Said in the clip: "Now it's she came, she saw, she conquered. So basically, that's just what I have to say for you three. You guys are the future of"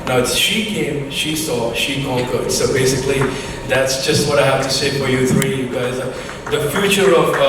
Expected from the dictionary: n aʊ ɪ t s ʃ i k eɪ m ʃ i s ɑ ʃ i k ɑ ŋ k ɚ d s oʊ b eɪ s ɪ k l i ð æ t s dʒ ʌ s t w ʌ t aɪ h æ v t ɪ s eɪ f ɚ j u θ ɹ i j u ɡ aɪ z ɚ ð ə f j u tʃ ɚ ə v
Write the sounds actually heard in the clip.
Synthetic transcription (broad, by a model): n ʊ ɪ t s ʃ i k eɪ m ʃ i s ɑ ʃ i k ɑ k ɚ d s oʊ b eɪ s ɪ k l i ð æ t s dʒ ʌ s t w ʌ t aɪ h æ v t ɪ s eɪ f ɚ j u θ ɹ i j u ɡ aɪ z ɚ ð ə f j u tʃ ɚ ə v